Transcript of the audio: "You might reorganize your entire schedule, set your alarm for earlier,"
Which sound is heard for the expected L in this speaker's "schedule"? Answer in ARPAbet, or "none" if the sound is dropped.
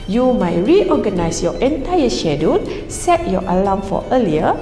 N